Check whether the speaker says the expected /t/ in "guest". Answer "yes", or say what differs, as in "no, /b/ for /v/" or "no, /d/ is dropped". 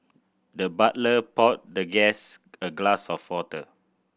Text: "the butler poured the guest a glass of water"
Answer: no, /t/ is dropped